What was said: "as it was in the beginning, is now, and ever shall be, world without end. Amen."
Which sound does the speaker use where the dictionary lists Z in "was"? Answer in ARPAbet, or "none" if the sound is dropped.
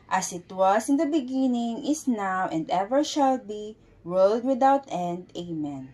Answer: S